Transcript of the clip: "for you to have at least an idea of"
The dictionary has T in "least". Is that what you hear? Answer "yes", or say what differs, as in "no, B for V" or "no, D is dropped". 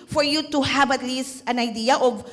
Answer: yes